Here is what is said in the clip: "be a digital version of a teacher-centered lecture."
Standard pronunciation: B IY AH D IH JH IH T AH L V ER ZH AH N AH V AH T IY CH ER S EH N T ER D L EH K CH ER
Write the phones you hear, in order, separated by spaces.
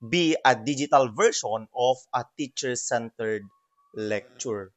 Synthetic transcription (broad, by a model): B IY AH D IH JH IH T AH L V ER SH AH N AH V AH T IY CH ER S EH N T ER D L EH K CH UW